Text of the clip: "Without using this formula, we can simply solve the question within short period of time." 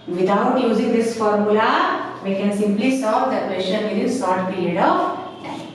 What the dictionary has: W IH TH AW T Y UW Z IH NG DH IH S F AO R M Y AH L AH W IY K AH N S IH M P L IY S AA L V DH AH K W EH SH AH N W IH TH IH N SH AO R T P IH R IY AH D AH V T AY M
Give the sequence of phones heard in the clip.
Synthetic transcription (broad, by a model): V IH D AW T Y UW Z IH NG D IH S F AO R M Y AH L AH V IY K AH N S IH M P L IY S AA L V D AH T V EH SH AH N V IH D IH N S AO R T P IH R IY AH D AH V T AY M